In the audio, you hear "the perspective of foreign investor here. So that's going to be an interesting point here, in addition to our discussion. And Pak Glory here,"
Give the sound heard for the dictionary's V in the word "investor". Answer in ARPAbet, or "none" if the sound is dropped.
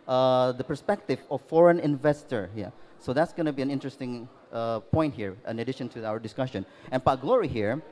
V